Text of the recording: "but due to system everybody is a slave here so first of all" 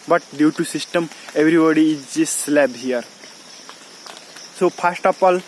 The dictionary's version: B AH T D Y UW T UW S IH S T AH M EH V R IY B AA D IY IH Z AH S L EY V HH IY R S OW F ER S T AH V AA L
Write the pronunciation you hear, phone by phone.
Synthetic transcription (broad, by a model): B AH T D Y UW T UW S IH S T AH M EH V R IY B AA D IY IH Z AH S L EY B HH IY R S OW P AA S T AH P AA L